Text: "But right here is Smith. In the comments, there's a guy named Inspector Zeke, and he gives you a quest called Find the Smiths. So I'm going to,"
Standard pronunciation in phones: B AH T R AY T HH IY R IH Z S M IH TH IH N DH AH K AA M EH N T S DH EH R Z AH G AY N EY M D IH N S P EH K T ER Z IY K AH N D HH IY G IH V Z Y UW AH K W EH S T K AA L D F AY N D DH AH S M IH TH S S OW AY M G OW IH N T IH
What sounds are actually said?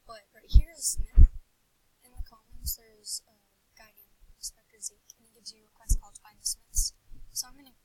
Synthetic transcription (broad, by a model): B AH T R AY T HH IY R IH Z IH IH N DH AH K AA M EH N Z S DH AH R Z AH G AY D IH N S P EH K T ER Z IY K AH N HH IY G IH Z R AH K W EH S T K AA L D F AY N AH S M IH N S S OW AY M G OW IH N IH